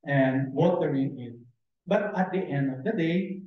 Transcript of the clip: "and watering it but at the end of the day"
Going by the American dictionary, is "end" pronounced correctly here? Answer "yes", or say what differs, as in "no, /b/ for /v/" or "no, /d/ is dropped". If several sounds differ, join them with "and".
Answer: yes